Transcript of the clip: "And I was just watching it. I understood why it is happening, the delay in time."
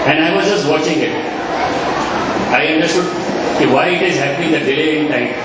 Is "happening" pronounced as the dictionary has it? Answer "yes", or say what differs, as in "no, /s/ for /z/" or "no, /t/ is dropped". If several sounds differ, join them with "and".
no, /n/ is dropped